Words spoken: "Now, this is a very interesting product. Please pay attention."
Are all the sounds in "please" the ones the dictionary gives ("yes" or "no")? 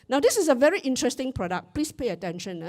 no